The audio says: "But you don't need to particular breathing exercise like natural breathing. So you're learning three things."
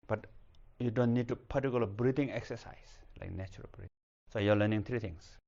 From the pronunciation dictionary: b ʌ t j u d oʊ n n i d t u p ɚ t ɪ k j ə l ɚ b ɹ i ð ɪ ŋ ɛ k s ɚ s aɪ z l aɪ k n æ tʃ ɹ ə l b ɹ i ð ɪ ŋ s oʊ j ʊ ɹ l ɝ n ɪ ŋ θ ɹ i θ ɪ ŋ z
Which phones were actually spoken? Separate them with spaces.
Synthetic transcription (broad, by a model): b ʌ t j u d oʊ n n i d t u p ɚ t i k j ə l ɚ b ɹ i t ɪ ŋ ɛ k s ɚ s aɪ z l aɪ k n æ tʃ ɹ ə l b ɹ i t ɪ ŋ s oʊ j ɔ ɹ l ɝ n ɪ ŋ t ɹ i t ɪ ŋ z